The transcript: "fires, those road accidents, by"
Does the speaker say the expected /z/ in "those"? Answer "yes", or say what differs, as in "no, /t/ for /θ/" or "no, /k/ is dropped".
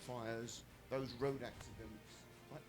yes